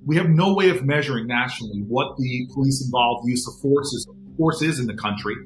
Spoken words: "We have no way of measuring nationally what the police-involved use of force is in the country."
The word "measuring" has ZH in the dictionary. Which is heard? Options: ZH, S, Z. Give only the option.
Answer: ZH